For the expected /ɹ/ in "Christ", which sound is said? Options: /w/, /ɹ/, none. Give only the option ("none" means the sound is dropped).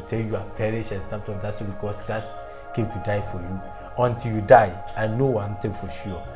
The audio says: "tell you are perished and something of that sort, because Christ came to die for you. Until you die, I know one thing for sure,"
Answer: none